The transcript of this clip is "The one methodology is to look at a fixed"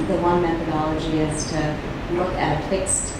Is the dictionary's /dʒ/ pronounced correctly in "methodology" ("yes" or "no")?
yes